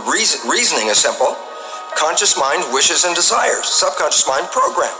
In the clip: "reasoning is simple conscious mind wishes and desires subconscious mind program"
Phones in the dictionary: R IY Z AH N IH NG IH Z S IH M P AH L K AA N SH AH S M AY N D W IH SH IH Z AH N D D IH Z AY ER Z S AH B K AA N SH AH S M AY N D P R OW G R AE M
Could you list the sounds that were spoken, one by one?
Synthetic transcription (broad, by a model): R IY Z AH N IH NG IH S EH M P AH L K AA N SH AH S M AY N D W IH SH IH Z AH N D D IH Z AY ER Z S AH B K AA N SH AH S M AY N D P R OW G R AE M